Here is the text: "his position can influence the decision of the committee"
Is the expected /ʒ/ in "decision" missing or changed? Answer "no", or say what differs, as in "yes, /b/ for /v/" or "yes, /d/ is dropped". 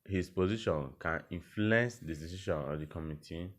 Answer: yes, /ʃ/ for /ʒ/